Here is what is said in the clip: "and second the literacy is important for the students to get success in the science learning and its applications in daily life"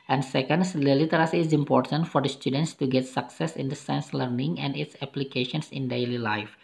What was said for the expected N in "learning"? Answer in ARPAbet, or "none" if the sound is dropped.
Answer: N